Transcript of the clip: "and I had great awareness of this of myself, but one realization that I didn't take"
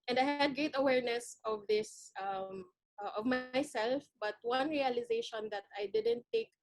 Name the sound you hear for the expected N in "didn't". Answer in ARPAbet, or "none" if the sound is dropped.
N